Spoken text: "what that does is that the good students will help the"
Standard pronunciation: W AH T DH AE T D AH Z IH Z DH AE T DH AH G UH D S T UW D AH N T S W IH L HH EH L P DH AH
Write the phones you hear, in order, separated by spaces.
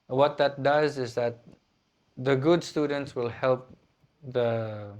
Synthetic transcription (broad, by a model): W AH T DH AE T D AH Z IH Z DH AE T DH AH G UH D S T UW D AH N T S W IH L HH EH L P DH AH